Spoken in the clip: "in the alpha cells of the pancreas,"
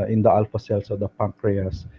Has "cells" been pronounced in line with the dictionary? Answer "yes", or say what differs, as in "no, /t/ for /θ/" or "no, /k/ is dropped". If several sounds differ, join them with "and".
no, /s/ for /z/